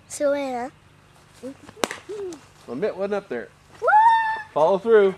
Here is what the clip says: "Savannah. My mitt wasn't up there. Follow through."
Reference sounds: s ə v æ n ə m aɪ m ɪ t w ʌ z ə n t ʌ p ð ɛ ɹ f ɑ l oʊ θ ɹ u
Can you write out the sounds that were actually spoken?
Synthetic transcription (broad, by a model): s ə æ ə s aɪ m ɪ t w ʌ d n ʌ p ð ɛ ɹ f ɑ l oʊ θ ɹ u